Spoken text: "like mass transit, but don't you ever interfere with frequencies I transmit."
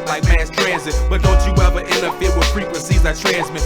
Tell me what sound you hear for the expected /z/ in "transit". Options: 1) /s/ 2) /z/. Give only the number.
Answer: 2